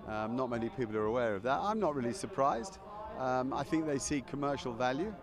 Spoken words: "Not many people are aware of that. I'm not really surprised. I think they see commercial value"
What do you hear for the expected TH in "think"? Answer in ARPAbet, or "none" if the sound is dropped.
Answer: TH